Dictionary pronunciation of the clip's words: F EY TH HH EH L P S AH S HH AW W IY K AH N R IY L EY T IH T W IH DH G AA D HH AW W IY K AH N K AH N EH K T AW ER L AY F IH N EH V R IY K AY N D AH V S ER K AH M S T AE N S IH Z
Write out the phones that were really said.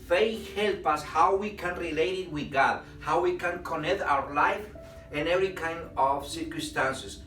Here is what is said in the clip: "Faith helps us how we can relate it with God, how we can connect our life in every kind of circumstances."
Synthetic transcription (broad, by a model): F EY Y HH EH L P AH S HH AW W IY K AH N R IY L EY T IH T W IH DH G AA D HH AW W IY K AH N K AH N EH K T AW ER L AY F IH N EH V R IY K AY N D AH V S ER K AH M S T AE N S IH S